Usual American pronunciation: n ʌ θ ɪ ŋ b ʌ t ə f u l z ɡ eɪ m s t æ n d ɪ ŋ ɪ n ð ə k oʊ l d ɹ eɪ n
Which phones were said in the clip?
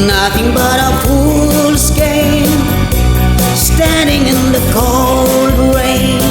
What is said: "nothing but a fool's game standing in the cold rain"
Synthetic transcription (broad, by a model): n ʌ θ ɪ ŋ b ʌ t ə p u l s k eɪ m s t æ n d ɪ ŋ ɪ n ð ə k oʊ l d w eɪ